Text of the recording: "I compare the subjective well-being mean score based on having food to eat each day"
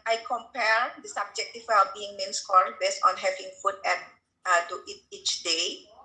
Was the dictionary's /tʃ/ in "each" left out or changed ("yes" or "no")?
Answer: no